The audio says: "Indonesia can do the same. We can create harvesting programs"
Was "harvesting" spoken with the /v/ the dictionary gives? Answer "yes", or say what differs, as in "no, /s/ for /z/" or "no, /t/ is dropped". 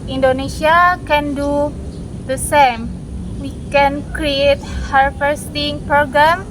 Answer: no, /f/ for /v/